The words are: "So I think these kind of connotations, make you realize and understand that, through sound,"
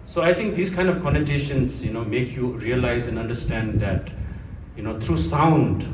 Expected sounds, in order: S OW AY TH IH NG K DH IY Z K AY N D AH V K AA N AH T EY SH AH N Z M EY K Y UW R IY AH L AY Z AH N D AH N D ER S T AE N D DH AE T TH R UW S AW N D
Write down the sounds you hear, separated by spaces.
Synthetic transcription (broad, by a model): S OW AY T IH NG K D IY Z K AY N D AH V K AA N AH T EY SH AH N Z M EY K Y UW R IY AH L AY Z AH N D AH N D ER S T AE N D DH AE T T R UW S AW N D